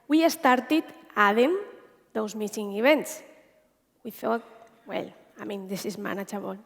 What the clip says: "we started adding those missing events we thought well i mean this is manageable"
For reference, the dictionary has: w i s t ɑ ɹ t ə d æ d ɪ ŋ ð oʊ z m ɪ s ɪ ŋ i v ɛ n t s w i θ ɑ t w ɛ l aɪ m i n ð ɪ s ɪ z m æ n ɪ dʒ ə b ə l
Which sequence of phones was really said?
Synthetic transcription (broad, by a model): w i s t ɑ ɹ t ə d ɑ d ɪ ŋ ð oʊ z m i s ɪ ŋ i b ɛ n t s w i θ ɑ t w ɛ l aɪ m i n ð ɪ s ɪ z m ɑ n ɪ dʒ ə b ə l